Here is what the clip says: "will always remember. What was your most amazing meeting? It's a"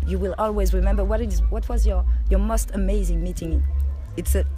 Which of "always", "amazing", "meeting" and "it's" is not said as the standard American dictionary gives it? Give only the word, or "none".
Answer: none